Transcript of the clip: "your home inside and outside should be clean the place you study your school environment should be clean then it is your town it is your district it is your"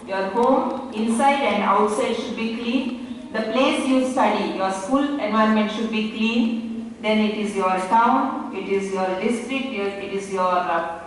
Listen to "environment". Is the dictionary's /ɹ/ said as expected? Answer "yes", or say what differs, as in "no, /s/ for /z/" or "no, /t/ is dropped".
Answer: no, /ɹ/ is dropped